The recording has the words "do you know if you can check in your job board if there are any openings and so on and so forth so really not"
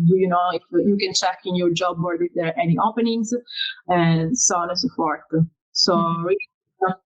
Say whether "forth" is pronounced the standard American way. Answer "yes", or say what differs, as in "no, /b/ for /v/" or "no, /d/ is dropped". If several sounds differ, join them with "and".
no, /t/ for /θ/